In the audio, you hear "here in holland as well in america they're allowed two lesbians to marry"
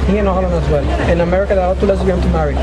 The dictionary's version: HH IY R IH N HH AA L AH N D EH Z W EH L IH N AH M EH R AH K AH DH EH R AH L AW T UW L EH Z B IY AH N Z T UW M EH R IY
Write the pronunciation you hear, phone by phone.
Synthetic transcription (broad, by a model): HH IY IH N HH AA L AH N EH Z W EH L IH N AH M EH R AH K AH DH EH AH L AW T UW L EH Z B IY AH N T UW M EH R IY